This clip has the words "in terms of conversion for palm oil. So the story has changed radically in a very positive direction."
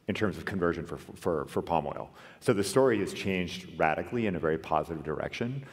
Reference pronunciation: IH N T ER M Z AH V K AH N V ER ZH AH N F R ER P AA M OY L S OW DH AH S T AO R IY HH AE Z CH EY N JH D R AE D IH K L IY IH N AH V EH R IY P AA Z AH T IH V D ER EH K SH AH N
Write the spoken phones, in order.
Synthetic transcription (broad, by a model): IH N T ER M Z AH V K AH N V ER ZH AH N F R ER P AA M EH L S OW DH AH S T AO R IY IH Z CH EY N JH D R AE D IH K L IY IH N AH V EH R IY P AA Z AH T IH V D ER EH K SH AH N